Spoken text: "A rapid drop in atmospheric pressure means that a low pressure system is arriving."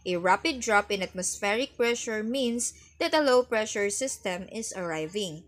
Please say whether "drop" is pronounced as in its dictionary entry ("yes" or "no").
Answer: yes